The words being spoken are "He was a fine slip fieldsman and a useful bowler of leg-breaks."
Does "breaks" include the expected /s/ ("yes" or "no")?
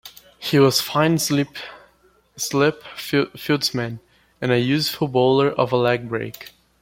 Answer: no